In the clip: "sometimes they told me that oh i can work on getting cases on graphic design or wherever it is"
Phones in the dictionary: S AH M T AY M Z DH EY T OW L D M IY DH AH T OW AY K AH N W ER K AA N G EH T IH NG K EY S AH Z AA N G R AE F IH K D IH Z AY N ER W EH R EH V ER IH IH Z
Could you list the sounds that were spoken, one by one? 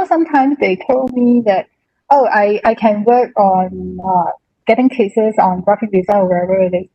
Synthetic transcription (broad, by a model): S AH M T AY M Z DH EY T OW L D M IY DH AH T OW AY K AH N W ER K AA N G EH T IH NG K EY S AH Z AA N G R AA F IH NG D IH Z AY ER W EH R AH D IH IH